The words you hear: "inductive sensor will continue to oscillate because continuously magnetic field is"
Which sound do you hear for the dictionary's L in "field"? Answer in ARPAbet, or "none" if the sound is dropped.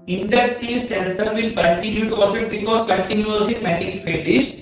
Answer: none